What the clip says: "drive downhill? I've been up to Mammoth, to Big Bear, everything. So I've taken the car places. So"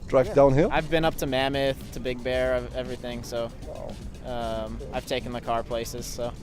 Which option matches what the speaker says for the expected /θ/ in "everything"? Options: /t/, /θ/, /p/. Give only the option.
/θ/